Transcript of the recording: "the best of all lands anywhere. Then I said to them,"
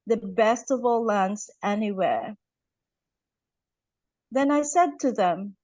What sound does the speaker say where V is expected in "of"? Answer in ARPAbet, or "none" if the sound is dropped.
V